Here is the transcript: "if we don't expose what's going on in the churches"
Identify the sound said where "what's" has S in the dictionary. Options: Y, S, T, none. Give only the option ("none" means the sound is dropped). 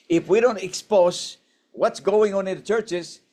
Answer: S